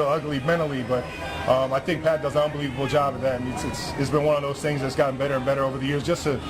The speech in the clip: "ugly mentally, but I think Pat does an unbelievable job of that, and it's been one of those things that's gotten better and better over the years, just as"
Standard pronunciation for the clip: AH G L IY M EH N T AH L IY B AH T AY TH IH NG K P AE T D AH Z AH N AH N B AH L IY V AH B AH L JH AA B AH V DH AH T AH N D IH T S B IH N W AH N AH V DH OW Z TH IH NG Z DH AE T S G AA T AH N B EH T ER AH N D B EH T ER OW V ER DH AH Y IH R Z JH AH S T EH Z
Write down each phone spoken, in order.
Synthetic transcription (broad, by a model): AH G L IY M EH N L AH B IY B AH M AY TH IH NG K P AE T D AH Z AH N AH N B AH L IY V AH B L JH AA B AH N DH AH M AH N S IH T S B IH N W AH N AH V DH OW Z TH IH NG Z DH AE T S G AA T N B EH T ER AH N B EH T ER OW V ER DH AH Y IH R Z JH AH S T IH